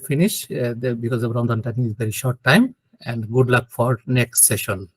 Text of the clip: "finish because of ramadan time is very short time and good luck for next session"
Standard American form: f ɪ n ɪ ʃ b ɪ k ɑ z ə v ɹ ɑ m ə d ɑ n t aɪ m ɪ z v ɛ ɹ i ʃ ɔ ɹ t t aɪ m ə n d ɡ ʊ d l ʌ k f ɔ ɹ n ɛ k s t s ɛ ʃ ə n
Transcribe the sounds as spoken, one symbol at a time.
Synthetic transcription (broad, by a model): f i n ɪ ʃ b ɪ k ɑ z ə b ɹ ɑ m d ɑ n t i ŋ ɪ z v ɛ ɹ i ʃ ɔ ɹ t t aɪ m ə n d ɡ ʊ d l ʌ k f ɔ ɹ n ɛ k s t s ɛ ʃ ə n